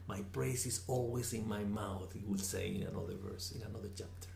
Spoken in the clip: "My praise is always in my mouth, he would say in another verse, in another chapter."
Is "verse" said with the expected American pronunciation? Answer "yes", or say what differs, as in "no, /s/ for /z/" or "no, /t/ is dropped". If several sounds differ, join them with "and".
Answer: yes